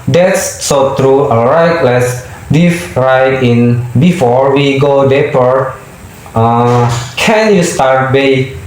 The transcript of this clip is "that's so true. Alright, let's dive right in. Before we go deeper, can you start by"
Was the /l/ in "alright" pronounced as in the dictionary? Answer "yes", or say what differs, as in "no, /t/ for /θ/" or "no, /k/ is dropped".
no, /l/ is dropped